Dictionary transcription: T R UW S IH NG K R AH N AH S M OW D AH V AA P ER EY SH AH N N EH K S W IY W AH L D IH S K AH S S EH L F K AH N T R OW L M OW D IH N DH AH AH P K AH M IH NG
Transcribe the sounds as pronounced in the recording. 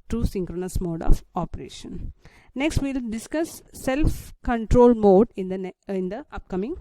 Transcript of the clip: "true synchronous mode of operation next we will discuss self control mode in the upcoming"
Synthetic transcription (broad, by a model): T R UW S IH NG K R AH N AH S M OW D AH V AA P ER EY SH AH N N EH K S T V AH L D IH S K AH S S EH L F K AH N T R OW L M OW D IH N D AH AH P K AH M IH NG